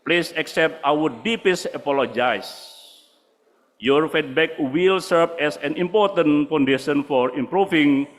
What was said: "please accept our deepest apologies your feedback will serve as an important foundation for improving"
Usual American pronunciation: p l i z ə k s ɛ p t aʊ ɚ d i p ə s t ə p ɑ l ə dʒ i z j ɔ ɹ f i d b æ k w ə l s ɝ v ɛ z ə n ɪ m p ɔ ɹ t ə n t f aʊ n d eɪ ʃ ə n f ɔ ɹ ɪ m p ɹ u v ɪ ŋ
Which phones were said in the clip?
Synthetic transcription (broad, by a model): p l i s ə k s ɛ p t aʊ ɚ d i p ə s ə p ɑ l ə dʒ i s j ɔ ɹ f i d b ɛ k w ə l s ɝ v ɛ s ə n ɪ m p ɔ ɹ t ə n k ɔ n d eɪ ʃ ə n f ɔ ɹ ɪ m p ɹ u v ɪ ŋ